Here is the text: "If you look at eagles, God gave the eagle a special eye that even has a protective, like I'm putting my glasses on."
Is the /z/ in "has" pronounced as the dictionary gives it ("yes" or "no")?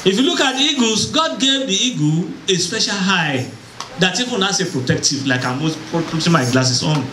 no